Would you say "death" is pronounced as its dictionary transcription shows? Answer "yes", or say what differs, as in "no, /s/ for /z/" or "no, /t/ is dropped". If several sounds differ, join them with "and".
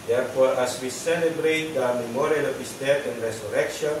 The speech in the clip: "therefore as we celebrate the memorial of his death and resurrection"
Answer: no, /t/ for /θ/